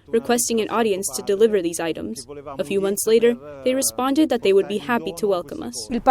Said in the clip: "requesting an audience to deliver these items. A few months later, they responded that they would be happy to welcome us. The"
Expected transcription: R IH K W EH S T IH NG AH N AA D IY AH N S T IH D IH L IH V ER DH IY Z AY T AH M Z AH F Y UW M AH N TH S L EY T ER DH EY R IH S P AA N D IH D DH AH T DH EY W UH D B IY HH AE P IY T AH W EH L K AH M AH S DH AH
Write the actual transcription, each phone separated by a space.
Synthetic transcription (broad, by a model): R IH K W EH S T IH NG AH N AA D IY AH N S T IH D IH L IH V ER DH IY Z AY T AH M Z AH F Y UW M AH N TH S L EY T ER DH EY R IH S P AA N D IH D DH AH T DH EY W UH D B IY HH AE P IY T AH W EH L K AH M AH S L